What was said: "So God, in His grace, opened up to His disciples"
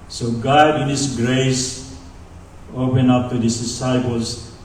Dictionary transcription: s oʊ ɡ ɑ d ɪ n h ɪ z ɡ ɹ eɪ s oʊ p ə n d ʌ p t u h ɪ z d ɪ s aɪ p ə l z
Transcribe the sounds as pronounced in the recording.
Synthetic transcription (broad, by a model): s oʊ ɡ ɑ d ɪ n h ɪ s ɡ ɹ eɪ s oʊ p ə n ʌ p t u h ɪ s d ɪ s aɪ p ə l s